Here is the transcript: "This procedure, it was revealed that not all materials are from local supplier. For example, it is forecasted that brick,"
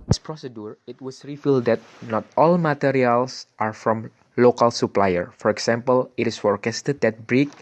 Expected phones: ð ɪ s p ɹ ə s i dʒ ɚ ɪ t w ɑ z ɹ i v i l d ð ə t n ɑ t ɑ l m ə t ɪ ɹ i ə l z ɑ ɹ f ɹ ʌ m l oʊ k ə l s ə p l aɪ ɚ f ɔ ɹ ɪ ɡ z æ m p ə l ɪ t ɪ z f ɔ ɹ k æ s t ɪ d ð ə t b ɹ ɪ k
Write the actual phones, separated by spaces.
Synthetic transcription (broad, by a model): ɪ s p ɹ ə s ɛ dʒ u ɪ t w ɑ s ɹ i f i l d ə t n ɑ t ɑ l m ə t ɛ ɹ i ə l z ɑ ɹ f ɹ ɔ m l oʊ k ə l s ə p l aɪ ɚ f ɔ ɹ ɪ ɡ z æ m p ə l ɪ t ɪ s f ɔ ɹ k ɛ s t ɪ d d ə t b ɹ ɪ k